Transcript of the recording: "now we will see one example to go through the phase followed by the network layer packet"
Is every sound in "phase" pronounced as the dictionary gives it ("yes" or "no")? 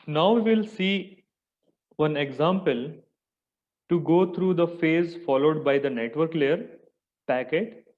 yes